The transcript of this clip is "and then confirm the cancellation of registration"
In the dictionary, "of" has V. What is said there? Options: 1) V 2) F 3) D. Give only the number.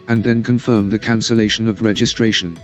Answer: 1